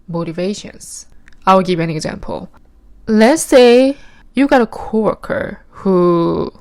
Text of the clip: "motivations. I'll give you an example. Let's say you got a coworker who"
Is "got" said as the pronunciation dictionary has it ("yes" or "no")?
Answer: yes